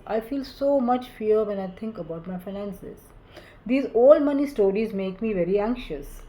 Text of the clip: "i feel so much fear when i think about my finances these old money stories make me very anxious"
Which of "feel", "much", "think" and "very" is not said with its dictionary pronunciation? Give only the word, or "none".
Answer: think